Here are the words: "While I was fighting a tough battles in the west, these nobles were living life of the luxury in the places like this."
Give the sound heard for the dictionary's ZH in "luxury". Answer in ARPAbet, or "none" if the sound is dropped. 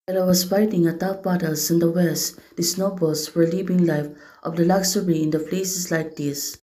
S